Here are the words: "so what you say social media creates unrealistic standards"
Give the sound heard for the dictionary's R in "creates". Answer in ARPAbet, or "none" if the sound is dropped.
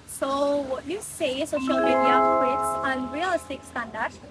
none